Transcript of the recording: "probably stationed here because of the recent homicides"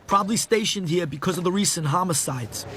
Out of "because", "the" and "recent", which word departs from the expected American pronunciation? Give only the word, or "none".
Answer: none